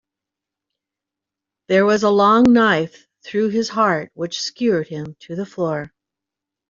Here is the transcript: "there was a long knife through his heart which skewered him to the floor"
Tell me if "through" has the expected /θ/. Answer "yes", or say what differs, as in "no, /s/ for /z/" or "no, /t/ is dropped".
yes